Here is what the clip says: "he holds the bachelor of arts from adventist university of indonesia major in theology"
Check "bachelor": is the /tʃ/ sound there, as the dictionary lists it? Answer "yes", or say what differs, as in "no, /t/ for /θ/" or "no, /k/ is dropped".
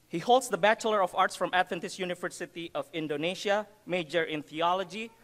yes